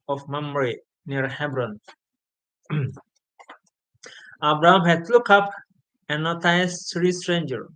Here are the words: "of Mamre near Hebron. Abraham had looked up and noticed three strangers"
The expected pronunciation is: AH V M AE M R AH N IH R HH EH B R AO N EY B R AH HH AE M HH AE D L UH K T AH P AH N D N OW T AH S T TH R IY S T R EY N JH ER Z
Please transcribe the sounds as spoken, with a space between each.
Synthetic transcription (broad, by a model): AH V M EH M R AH N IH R HH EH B R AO N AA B R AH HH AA M HH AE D L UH K AH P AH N N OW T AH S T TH R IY S T R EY N JH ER